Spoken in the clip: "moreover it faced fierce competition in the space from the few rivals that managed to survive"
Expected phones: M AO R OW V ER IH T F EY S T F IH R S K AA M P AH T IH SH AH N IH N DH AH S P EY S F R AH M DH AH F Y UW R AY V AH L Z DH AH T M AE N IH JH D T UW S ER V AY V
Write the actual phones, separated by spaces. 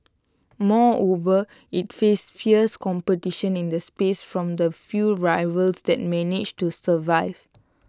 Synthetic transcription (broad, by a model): M AO OW V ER IH T F EY S F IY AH S K AA M P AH T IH SH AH N IH N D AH S P EY S F R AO M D AH F Y UW R AY V AH L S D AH T M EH N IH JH T UW S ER V AY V